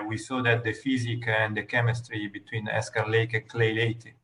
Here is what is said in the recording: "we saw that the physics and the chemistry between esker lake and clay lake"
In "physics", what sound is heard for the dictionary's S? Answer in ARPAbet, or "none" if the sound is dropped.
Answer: none